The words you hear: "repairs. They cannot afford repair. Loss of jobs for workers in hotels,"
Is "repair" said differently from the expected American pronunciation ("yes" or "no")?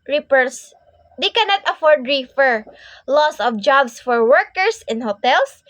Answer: yes